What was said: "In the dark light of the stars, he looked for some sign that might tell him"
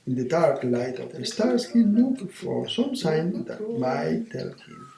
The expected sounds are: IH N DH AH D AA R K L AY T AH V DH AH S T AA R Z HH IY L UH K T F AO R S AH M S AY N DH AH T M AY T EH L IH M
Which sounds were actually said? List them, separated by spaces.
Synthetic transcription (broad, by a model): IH N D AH D AA R K L AY T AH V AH S T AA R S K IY N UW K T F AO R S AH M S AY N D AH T M AY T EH L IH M